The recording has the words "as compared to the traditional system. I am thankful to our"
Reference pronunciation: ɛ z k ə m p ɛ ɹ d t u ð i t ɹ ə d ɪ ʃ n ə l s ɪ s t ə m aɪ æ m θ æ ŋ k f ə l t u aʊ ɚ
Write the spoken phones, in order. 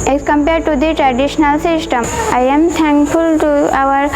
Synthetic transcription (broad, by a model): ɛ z k ə m p ɛ ɹ d t u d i t ɹ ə d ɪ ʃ n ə l s ɪ s t ə m aɪ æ m t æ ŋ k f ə l t u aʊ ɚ